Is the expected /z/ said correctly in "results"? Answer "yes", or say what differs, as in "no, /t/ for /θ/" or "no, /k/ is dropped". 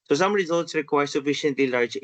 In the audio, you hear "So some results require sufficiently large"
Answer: yes